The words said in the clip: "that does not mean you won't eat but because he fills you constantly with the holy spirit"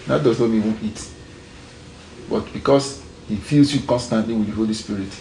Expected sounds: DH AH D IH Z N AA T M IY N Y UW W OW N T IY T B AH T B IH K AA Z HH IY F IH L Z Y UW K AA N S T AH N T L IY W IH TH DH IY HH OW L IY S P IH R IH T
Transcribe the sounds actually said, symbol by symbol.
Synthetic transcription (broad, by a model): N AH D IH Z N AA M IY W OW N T IY T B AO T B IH K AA S HH IY F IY L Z Y UW K AA N S T AH N T L IY W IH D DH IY HH OW L IY S P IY R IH T